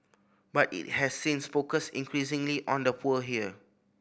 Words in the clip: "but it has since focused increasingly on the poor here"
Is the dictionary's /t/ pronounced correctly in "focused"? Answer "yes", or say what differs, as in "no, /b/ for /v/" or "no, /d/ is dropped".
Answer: no, /t/ is dropped